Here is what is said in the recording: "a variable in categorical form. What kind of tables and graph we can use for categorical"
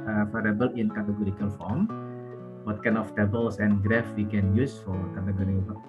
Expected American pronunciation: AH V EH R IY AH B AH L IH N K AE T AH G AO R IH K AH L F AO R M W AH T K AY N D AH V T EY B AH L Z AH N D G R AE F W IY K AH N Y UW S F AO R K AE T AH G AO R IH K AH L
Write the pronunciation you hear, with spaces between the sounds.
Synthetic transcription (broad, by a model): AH F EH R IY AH B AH L IH N K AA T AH G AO R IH K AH L F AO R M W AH T K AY N AH F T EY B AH L S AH N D G R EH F W IY K AH N Y UW S F AO R K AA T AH G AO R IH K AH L